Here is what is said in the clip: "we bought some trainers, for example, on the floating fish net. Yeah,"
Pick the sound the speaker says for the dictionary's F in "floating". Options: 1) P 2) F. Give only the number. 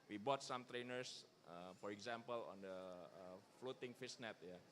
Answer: 2